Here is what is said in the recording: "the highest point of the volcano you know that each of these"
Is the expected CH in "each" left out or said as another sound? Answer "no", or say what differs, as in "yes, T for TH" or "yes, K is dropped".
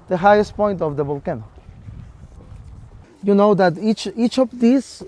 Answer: no